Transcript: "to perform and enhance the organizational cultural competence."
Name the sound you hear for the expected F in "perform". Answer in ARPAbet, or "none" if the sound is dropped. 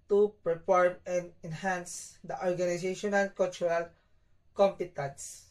P